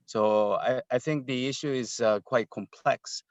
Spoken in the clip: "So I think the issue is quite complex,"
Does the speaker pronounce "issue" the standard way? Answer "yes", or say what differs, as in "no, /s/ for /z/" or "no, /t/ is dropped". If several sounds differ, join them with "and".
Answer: yes